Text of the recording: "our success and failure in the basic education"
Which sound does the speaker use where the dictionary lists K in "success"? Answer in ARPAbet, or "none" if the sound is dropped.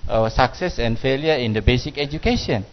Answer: K